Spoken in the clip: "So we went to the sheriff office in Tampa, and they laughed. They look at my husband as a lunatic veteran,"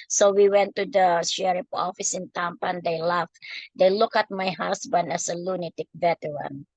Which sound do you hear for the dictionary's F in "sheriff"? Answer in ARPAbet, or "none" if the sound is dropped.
P